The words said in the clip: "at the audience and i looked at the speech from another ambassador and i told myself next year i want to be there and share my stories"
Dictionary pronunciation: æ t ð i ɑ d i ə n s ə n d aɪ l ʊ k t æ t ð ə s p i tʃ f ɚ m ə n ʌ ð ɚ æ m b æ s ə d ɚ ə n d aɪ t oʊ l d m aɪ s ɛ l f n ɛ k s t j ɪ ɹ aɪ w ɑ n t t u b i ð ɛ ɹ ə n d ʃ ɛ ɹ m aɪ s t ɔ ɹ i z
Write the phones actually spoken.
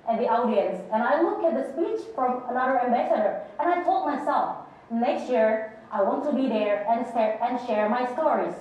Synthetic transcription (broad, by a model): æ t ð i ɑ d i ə n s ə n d aɪ l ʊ k æ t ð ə s p i tʃ f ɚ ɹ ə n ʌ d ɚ æ m b æ s ə d ɚ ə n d aɪ t oʊ l d m aɪ s ɛ l f n ɛ k s t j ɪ ɹ aɪ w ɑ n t t u b i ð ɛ ɹ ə n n ʃ ɛ ɹ m aɪ s t ɔ ɹ i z